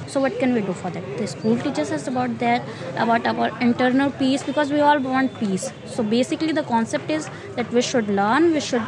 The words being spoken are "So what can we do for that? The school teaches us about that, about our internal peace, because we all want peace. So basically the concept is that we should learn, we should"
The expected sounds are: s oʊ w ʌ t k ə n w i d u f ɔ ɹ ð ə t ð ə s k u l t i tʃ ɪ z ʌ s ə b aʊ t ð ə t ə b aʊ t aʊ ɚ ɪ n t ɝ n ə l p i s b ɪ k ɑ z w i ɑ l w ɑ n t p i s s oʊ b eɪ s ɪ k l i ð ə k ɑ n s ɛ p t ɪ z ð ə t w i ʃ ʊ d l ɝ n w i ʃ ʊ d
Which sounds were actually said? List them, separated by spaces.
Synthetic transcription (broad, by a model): s oʊ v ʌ t k ə n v i d u f ɔ ɹ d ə t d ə s k u l t i tʃ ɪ s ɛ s ə b aʊ t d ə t ə b aʊ t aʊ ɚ ɪ n t ɝ n ə l p i s b ɪ k ɑ z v i ɑ l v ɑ n t p i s s oʊ b eɪ s ɪ k l i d ə k ɑ n s ɛ p t ɪ z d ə t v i ʃ ʊ d l ɝ n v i ʃ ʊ d